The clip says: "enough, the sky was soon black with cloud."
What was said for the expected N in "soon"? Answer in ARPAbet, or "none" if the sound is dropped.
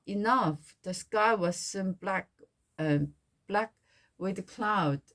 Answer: L